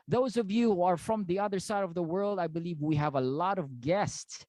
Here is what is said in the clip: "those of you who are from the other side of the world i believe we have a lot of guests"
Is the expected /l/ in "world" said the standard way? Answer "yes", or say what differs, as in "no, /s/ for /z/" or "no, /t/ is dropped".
yes